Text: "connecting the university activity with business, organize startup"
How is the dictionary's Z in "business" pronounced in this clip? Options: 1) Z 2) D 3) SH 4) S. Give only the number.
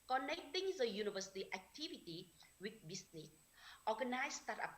4